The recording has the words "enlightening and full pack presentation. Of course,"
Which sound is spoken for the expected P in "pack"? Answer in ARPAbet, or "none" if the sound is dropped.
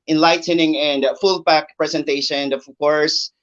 B